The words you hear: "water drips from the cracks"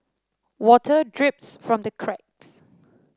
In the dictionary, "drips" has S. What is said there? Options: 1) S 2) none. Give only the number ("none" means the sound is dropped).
1